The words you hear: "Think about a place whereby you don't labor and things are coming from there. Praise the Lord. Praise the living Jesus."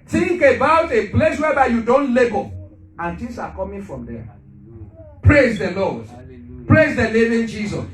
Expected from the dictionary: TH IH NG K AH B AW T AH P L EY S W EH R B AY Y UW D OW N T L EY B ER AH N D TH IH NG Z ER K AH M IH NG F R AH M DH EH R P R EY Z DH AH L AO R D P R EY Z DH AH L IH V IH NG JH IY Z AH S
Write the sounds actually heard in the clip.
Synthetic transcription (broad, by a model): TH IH NG K AH B AW T AH P L EY S W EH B AY Y UW D OW N T L EY B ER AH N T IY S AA K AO M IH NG F R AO M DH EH P R EY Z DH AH L AO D P R EY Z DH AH N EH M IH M JH IY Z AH S